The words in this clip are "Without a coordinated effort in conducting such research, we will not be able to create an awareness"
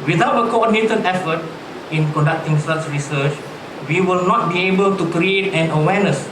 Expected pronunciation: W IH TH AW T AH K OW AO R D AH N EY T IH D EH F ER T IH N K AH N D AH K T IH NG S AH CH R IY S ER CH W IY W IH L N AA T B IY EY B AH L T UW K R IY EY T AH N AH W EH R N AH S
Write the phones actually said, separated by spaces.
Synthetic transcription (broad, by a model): W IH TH AW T AH K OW AO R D N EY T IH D EH F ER T IH N K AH N D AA K T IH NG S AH S R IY S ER CH W IY W IH L N AA T B IY EY B AH L T UW K R IY EY T AH N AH W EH N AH S